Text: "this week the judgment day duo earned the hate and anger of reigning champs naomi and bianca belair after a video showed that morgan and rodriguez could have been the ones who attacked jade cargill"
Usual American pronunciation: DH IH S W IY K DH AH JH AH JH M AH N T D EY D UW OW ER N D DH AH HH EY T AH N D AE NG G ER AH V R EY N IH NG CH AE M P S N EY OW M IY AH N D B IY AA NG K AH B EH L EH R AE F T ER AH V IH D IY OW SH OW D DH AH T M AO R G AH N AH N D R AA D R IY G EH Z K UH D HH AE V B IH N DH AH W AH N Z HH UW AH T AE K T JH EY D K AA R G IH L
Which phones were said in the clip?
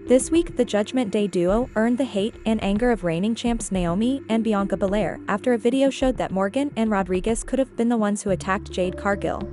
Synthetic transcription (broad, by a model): DH IH S W IY K DH AH JH AH JH M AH N D EY D UW OW ER N DH AH HH EY T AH N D AE NG G ER AH V R EY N IH NG CH AE M P S N EY OW M IY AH N B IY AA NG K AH B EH L EH R AE F T ER AH V IH D IY OW SH OW D DH AH T M AO R G AH N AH N R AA D R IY G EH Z K UH D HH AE V B IH N DH AH W AH N Z HH UW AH T AE K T JH EY D K AA R G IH L